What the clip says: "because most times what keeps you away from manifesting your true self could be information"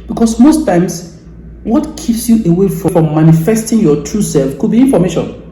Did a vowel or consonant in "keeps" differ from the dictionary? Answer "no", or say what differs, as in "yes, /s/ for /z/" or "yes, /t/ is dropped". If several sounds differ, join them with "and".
no